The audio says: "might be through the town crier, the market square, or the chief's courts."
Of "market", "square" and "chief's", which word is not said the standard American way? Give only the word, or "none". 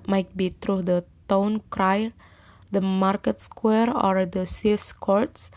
chief's